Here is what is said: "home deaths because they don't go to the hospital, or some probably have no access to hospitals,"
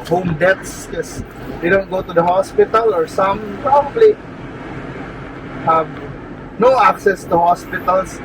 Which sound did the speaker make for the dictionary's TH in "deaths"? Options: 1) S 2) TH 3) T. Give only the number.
3